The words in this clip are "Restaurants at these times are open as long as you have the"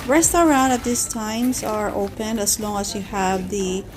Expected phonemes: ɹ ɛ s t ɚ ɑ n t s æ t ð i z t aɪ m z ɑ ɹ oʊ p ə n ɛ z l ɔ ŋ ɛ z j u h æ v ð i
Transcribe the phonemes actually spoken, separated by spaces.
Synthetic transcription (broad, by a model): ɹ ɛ s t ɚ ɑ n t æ t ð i s t aɪ m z ɑ ɹ oʊ p ə n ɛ s l ɔ ŋ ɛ s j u h æ v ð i